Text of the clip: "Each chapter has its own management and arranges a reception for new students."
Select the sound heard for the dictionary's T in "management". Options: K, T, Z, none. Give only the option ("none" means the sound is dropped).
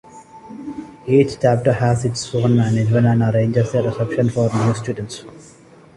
none